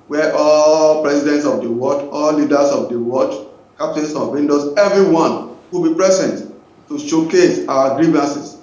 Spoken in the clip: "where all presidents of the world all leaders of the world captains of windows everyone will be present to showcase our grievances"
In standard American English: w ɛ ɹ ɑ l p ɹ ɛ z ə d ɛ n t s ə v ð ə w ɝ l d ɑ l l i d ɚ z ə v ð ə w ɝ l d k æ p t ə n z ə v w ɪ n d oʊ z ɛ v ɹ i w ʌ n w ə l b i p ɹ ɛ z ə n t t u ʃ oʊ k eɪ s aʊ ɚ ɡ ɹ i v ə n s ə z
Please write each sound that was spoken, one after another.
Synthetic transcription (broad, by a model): w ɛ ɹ ɑ l p ɹ ɛ s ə d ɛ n t s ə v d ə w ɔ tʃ ɑ l l i d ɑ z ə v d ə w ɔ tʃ k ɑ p t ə n s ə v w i n d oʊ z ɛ v ɹ i w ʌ n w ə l b i p ɹ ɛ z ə n t t u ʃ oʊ k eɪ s aʊ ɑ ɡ ɹ i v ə n s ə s